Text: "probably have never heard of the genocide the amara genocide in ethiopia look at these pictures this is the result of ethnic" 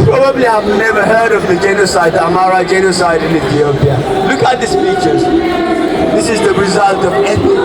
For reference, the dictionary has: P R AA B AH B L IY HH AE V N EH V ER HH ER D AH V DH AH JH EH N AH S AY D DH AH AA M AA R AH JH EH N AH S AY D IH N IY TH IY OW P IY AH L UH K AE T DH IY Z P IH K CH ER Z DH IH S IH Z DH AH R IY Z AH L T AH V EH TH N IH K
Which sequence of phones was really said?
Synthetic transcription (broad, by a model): P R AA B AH B L IY HH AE V N EH V ER HH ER D AH V DH AH JH EH N AH S AY D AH AA M AA R AH JH EH N AH S AY D IH N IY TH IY OW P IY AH L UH K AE T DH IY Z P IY CH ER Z DH IH S IH Z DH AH R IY Z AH L T AH V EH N